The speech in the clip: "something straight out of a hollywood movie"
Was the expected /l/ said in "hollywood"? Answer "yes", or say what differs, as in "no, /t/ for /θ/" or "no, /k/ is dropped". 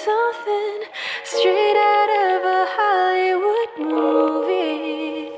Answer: no, /l/ is dropped